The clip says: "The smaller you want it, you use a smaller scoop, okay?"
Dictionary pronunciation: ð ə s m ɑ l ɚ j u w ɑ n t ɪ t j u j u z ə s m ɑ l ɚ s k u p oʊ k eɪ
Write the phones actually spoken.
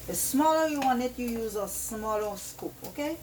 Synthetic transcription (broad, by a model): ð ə s m ɑ l ɚ j u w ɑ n ɪ t j u j u z ə s m ɑ l ɚ s k u p oʊ k eɪ